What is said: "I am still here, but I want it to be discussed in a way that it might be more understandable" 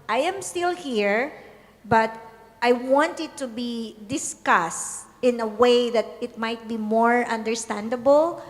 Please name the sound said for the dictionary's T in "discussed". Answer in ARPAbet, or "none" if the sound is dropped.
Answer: T